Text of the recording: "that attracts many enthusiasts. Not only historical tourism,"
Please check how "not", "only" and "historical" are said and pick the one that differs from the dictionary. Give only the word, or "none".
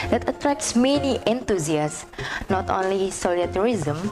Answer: historical